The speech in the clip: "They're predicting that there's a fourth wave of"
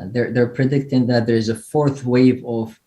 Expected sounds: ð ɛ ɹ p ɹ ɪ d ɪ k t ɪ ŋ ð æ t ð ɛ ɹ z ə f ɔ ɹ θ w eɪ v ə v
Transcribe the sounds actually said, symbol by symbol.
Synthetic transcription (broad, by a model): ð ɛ ɹ p ɹ ɪ d ɪ k t ɪ ŋ ð æ t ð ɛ ɹ z ə f ɔ ɹ θ w eɪ v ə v